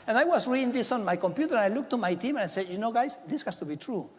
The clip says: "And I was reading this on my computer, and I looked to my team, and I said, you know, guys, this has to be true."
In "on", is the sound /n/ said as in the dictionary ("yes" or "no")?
yes